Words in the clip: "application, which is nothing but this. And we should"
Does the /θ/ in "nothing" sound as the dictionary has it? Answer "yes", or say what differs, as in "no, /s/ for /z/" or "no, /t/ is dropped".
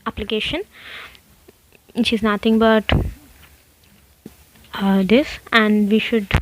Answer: no, /t/ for /θ/